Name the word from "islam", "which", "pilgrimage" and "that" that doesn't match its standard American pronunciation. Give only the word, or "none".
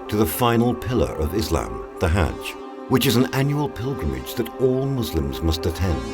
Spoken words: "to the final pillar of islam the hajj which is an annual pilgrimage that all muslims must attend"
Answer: none